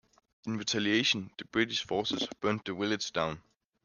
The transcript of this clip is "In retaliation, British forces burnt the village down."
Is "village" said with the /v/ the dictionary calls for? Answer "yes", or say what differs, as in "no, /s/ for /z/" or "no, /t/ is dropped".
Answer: no, /w/ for /v/